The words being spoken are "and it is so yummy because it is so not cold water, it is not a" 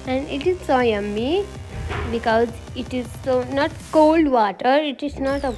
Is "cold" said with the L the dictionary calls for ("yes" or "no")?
yes